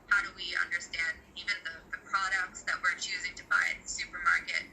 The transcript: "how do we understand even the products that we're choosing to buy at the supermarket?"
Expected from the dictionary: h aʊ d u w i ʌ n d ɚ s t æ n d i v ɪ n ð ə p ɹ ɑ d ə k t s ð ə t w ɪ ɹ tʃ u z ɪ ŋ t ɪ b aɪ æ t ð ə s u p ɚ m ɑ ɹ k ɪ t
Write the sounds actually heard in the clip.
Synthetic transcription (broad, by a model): h aʊ d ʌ w i ʌ n d ɚ s t æ n d i v ɪ n ð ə p ɹ ɑ d ə k t s ð ə t w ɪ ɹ tʃ u z ɪ ŋ t ɪ b aɪ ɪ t ð ə s u p ɚ m ɑ ɹ k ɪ t